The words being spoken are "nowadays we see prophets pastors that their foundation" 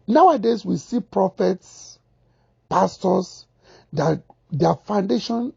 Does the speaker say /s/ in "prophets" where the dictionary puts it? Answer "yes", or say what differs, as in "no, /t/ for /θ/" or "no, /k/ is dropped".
yes